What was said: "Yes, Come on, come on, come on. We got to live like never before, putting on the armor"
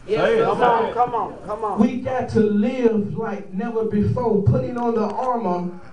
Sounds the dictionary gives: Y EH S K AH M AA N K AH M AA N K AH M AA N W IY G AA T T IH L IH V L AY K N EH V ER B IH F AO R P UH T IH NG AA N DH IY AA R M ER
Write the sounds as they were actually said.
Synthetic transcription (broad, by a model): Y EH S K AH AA K AH M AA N K AH M W IY G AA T T IH L IH V L AY K N EH V ER B IH F AO R P UH T IH NG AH N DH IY AA R M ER